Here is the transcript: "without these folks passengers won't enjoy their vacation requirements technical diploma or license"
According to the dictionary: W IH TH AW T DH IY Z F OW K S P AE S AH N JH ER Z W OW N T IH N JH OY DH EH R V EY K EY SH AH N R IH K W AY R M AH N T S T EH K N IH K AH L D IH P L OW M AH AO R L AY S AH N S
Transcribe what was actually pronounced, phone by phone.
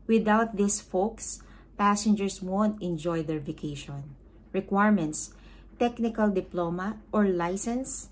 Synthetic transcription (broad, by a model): W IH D AW T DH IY S F OW K S P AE S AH N JH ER S W OW N T IH N JH OY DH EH R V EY K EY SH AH N R IH K W AY R M AH N T S T EH K N IH K AH L D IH P L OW M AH AO R L AY S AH N S